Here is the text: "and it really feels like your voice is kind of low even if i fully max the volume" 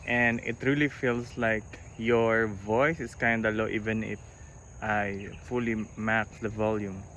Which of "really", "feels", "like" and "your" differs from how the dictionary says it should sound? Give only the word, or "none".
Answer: feels